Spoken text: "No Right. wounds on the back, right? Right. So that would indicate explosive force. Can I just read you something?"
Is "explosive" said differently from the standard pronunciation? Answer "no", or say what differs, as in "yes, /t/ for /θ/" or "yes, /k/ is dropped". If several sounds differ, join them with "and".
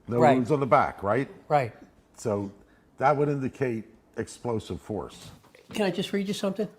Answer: no